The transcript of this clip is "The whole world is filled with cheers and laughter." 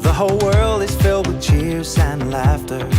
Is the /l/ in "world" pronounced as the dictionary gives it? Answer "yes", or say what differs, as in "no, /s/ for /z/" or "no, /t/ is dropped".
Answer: yes